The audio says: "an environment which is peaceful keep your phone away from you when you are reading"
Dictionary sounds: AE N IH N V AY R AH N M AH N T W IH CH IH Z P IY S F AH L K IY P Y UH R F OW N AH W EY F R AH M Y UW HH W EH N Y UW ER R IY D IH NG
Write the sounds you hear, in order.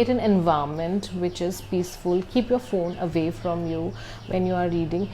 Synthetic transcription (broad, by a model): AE N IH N V AY AH M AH N T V IH CH IH Z P IY S F AH L K IY P Y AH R F OW N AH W EY F R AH M Y UW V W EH N Y UW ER R IY D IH NG